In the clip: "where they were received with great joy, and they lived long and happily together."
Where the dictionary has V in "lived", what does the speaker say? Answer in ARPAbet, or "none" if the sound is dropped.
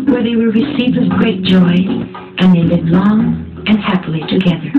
none